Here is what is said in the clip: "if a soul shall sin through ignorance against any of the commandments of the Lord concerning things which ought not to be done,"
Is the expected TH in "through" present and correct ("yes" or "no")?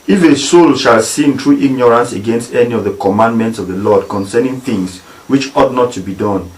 no